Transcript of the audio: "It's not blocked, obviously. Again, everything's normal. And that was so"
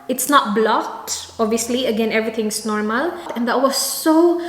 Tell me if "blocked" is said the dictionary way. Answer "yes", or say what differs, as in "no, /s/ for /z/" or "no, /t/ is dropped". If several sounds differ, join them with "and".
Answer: no, /k/ is dropped